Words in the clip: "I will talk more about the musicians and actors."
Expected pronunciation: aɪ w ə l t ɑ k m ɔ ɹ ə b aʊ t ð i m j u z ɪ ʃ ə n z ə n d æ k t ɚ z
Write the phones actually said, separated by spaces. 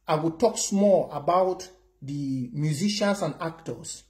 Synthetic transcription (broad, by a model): aɪ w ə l t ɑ k m ɔ l ə b aʊ t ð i m j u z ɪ ʃ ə n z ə n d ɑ k t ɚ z